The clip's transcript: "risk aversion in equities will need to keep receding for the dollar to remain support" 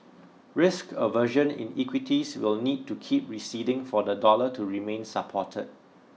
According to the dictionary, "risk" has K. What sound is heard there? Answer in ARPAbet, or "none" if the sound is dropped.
K